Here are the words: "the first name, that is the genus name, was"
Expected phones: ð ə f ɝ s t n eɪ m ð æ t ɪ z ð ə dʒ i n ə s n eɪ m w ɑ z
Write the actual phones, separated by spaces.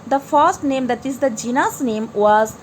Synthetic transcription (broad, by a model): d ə f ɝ s t n eɪ m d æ t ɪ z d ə dʒ i n ə s n eɪ m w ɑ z